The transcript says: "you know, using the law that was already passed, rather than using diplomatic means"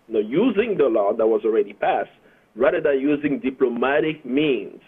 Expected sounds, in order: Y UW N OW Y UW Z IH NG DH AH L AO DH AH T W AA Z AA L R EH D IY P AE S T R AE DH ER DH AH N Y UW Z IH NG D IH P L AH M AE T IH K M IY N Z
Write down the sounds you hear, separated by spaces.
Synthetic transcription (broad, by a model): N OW Y UW Z IH NG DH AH L AO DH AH T W AA Z AA L R EH D IY P AE S T R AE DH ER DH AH N Y UW Z IH NG D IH P L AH M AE T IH K M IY N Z